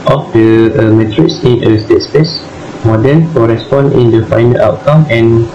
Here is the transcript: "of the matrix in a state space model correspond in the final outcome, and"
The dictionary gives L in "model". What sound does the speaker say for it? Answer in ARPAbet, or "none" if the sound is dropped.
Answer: N